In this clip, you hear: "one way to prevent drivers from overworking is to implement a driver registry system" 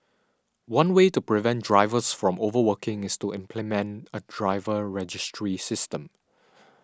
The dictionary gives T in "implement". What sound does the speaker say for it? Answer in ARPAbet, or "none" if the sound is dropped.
T